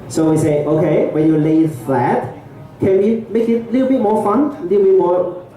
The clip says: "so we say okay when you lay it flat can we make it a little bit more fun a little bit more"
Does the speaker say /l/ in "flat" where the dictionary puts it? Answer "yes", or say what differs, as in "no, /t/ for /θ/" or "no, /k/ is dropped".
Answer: no, /l/ is dropped